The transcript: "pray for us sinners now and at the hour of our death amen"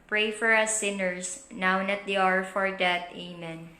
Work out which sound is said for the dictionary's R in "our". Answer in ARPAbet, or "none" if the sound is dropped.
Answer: R